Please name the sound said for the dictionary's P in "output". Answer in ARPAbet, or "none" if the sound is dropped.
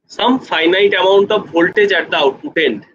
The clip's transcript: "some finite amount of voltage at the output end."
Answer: none